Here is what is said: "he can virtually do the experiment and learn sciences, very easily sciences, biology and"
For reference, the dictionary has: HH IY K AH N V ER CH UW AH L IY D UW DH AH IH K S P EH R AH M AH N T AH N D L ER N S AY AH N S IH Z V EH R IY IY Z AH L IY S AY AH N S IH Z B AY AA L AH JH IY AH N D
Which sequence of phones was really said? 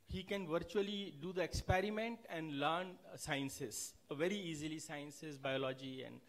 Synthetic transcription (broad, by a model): HH IY K AH N V ER CH UW AH L IY D UW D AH IH K S P EH R AH M AH N T AH N D L ER N S AY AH N S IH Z V EH R IY IY Z AH L IY S AY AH N S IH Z B AY AA L AH JH IY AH N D